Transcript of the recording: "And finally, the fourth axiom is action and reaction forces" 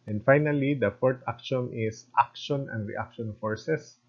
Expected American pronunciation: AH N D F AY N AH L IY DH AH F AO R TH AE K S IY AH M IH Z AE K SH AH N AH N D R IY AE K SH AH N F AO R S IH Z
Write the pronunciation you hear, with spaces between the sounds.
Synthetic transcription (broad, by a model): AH N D F AY N AH L IY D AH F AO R T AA K SH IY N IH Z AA K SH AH N AH N D R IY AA K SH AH N F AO R S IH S